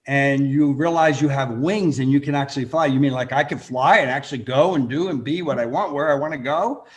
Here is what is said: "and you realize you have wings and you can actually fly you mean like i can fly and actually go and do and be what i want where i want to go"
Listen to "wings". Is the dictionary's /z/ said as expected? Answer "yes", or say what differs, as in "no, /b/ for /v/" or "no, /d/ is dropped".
yes